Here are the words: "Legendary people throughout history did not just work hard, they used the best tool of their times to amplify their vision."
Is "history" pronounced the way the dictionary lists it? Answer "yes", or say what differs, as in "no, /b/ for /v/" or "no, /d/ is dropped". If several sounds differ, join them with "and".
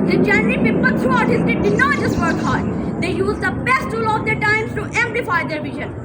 no, /ɹ/ is dropped